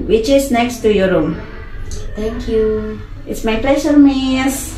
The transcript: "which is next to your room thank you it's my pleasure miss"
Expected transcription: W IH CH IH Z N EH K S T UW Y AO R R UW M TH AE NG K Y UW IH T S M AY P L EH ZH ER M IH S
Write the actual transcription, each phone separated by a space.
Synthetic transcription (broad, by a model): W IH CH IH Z N EH K S T UW Y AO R R UW M T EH NG K Y UW IH T S M AY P L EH S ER M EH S